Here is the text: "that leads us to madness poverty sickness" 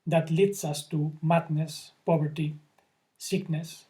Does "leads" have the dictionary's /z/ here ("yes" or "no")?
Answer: no